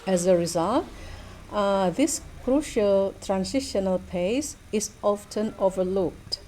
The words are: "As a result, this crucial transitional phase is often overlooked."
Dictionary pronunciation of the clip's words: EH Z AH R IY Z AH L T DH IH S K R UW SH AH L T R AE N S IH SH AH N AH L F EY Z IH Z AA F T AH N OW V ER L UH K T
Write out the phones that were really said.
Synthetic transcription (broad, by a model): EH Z AH R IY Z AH L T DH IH S K R UW SH AH L T R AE N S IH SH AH N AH L P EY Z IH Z AA F T AH N OW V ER L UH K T